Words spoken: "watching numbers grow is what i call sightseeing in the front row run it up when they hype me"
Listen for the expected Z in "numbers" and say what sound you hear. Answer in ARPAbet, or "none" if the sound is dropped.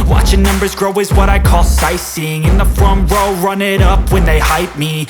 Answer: Z